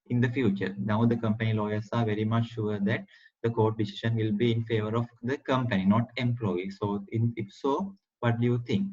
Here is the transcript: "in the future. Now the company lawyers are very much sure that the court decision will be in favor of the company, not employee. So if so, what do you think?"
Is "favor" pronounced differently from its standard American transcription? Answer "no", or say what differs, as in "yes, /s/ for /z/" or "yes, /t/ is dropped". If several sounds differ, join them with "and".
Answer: no